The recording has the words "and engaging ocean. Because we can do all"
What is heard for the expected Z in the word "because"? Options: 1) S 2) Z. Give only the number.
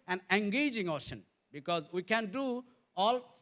2